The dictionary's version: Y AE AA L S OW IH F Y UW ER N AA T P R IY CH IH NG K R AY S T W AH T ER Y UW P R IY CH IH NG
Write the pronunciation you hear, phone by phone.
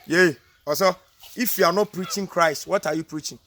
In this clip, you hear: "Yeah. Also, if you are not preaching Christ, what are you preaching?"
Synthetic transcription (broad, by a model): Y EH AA S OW IH F Y UW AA N AA T P R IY CH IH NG K R AY S T W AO T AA Y UW P R IY CH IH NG